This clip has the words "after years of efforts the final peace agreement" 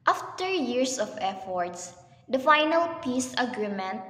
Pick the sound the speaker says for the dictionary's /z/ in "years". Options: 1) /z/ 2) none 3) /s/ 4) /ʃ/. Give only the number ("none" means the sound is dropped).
3